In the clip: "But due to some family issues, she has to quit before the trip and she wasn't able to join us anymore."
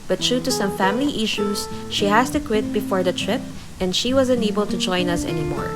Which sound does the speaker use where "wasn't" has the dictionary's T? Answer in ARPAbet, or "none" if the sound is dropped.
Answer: none